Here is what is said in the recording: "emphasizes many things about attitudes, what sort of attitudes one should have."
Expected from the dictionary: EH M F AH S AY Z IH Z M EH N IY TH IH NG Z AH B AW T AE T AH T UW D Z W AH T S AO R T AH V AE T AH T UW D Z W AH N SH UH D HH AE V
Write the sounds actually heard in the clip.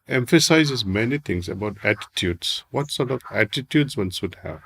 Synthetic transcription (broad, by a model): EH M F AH S AY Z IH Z M EH N IY T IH NG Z AH B AW T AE T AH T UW D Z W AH T S AO R T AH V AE T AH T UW D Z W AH N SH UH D HH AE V